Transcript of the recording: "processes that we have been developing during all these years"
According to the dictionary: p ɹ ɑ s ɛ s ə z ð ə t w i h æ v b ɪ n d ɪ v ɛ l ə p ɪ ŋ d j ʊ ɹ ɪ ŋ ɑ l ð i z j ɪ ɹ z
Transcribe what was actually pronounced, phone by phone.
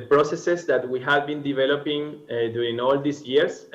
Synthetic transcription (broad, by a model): p ɹ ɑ s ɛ s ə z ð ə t w i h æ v b ɪ n d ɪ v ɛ l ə p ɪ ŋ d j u ɹ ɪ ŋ ɑ l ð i s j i ɹ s